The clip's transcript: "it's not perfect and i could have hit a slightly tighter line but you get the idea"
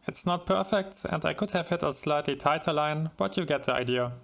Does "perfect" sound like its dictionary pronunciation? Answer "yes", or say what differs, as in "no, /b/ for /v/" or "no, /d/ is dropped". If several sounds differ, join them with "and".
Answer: yes